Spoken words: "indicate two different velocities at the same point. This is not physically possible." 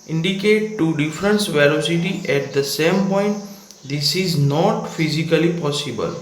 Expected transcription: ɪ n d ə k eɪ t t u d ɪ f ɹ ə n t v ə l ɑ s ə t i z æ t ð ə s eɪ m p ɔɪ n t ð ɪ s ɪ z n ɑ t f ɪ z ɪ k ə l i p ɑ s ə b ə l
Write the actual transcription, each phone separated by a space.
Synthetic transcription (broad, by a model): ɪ n d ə k eɪ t t u d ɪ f ɹ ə n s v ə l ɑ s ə t i ɛ t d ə s eɪ m p ɔɪ n t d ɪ s ɪ z n ɑ t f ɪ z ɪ k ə l i p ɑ s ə b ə l